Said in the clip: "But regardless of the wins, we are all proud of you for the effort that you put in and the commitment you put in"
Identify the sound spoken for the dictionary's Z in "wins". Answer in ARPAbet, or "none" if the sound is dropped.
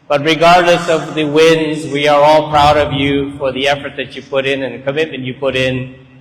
Z